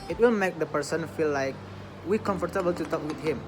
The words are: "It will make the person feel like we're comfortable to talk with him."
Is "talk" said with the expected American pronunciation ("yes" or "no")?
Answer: yes